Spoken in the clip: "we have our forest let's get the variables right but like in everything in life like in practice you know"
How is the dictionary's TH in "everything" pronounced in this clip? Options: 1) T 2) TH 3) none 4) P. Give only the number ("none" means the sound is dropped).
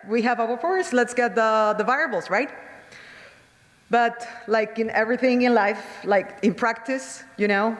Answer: 2